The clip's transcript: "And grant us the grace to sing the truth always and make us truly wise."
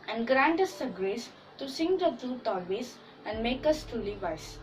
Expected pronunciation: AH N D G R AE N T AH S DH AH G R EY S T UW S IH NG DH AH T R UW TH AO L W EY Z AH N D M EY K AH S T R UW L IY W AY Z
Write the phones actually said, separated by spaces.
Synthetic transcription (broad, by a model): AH N D G R AE N T AH S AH G R EY S T UW S IH NG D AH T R UW T AO L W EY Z AH N D M EY K AH S T R UW L IY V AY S